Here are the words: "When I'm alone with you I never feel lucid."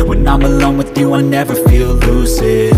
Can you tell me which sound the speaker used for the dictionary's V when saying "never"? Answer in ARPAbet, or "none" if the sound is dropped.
V